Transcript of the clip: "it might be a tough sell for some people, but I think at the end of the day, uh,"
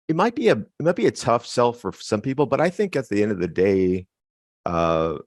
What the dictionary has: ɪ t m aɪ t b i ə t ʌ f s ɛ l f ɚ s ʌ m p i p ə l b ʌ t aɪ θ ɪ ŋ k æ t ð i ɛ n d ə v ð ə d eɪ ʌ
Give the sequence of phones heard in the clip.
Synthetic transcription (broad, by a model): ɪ t m aɪ t b i ə t ʌ f s ɛ l f ɚ s ʌ m p i p l b ʌ t aɪ θ ɪ ŋ k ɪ t ð i ɛ n d ə v ð ə d eɪ ʌ